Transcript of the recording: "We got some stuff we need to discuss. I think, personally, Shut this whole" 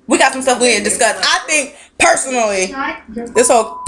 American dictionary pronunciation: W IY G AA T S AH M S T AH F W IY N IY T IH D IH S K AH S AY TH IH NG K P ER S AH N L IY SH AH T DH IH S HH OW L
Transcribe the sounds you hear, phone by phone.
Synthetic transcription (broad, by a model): W IY G AA T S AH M S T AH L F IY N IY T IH D IH S K AH S AY TH IH NG K P ER S AH N L IY DH IH S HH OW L